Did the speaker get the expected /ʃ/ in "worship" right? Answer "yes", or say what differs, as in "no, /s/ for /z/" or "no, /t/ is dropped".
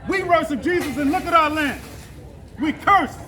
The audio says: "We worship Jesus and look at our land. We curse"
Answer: no, /s/ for /ʃ/